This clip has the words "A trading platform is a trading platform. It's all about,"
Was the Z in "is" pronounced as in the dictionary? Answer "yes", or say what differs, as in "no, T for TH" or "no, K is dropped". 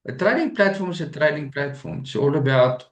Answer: no, S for Z